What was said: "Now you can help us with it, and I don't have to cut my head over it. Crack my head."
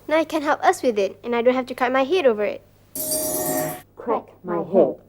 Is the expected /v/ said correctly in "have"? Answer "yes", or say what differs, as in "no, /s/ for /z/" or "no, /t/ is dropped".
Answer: no, /f/ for /v/